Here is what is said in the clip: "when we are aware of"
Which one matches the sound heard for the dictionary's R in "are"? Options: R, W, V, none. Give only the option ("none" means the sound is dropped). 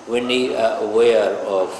W